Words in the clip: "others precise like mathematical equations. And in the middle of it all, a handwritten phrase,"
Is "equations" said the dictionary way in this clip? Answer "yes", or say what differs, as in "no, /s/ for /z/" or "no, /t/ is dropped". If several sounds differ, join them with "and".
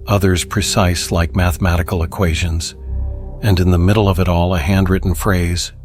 yes